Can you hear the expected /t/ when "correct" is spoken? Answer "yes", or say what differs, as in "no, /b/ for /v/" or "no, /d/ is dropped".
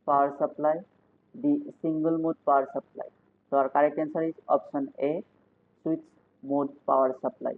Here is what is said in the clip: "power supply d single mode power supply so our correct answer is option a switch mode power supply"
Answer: no, /t/ is dropped